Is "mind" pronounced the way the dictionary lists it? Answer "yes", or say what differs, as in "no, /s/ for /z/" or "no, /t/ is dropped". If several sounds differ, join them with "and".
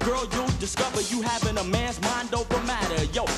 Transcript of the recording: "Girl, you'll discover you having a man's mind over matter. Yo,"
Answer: yes